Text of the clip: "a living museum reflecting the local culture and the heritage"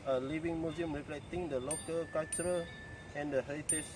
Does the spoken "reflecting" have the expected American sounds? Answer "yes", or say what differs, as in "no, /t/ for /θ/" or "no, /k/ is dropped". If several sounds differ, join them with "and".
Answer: no, /p/ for /f/ and /k/ is dropped